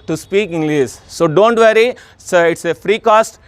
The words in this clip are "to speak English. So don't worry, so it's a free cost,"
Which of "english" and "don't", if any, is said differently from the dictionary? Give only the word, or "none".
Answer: english